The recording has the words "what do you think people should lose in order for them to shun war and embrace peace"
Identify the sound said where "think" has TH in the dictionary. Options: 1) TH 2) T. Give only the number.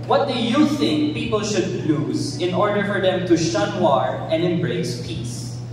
1